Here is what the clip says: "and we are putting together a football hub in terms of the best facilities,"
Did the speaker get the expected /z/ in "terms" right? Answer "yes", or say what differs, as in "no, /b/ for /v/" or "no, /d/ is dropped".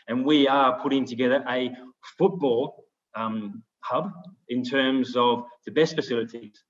yes